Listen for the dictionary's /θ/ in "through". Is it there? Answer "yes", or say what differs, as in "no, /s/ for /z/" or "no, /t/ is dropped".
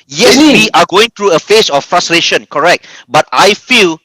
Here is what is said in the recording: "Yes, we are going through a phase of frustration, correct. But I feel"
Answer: no, /t/ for /θ/